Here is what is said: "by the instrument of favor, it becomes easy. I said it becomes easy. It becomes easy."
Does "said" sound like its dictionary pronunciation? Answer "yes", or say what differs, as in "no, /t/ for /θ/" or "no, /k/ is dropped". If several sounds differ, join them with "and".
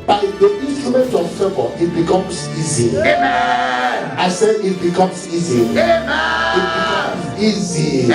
no, /d/ is dropped